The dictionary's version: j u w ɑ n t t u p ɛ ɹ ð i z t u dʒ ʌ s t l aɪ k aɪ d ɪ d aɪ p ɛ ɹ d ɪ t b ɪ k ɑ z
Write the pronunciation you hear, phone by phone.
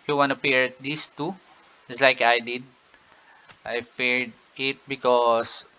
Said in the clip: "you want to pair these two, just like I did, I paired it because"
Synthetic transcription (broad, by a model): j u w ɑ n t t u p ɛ ɹ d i s t u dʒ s l aɪ k aɪ d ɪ d aɪ f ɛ ɹ d ɪ t b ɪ k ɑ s